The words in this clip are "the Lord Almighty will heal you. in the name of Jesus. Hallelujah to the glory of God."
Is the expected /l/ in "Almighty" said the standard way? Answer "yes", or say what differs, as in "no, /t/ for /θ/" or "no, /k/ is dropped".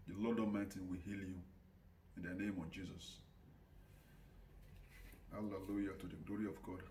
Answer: no, /l/ is dropped